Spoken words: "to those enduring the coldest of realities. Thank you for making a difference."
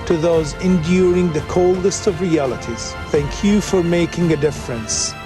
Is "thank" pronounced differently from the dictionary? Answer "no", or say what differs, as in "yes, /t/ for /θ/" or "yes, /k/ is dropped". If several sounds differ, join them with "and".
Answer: no